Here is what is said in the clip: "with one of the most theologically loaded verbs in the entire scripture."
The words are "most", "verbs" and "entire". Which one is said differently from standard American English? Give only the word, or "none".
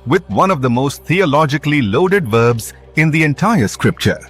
none